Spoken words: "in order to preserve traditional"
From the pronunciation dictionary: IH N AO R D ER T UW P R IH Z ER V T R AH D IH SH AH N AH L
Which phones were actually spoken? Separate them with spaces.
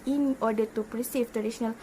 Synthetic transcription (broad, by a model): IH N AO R D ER T UW P R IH S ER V T R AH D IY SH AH N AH L